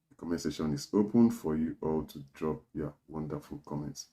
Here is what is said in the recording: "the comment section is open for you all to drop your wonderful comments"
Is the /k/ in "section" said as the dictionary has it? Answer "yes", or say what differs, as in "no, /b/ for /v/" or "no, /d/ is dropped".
no, /k/ is dropped